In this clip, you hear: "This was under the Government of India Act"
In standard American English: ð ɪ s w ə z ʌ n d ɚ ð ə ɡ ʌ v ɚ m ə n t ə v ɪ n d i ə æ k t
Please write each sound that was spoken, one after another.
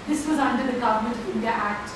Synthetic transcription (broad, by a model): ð ɪ s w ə z ʌ n d ɚ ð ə ɡ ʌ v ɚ m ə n t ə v ɪ n d i ə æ k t